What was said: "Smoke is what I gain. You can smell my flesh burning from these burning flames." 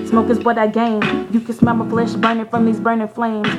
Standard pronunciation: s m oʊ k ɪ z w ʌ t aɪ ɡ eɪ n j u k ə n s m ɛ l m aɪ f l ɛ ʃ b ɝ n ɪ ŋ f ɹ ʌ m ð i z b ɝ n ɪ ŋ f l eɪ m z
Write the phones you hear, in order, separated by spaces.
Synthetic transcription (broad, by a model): s m oʊ k ɪ z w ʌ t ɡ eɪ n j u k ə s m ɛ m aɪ f l ɛ ʃ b ɝ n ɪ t f ɹ ʌ m ð i z b ɝ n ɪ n f l eɪ m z